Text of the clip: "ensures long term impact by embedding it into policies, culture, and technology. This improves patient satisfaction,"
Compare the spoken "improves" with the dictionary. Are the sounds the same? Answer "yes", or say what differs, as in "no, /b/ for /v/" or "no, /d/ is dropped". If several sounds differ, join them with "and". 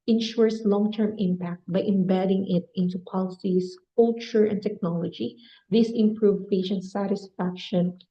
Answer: no, /z/ is dropped